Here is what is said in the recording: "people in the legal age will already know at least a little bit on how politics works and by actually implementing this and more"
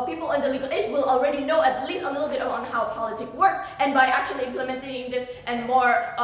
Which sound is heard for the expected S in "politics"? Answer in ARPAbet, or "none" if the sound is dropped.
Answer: none